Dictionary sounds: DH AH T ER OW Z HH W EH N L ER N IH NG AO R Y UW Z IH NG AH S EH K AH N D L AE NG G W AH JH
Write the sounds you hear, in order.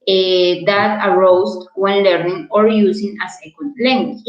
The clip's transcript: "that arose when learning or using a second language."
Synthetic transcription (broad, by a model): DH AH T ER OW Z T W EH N L ER N IH NG AO R Y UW S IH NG AH S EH K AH N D L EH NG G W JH